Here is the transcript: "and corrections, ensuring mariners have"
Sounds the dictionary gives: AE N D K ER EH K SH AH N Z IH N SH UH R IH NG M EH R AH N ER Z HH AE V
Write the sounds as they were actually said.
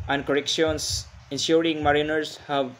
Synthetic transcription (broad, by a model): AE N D K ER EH K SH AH N S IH N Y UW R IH NG M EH R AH N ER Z HH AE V